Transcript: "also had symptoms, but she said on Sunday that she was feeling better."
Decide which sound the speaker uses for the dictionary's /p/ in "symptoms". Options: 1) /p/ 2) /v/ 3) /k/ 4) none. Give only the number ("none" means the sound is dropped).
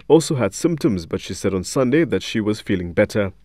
1